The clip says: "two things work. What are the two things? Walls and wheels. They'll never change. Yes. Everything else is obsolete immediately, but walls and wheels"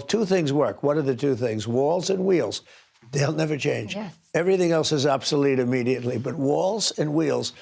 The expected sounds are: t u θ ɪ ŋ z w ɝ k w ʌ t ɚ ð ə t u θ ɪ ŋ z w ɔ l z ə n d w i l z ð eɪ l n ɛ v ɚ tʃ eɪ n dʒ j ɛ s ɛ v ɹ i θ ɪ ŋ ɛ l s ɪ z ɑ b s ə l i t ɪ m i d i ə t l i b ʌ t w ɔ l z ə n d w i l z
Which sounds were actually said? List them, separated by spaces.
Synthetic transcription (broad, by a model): t u θ ɪ ŋ z w ɝ k w ʌ t ɚ ð ə t u θ ɪ ŋ z w ɔ l z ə n w i l z ð eɪ l n ɛ v ɚ tʃ eɪ n dʒ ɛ ɛ v ɹ i θ ɪ ŋ ɛ l s ɪ z ɑ b s ə l i t ɪ m i d i ə t l i b ʌ t w ɔ l z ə n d w i l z